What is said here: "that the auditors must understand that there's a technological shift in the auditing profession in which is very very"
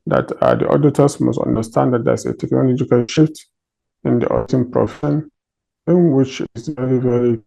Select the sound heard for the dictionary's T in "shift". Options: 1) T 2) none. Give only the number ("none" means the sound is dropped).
1